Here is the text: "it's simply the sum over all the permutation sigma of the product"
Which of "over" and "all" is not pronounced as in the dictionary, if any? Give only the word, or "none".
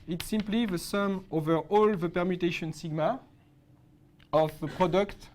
none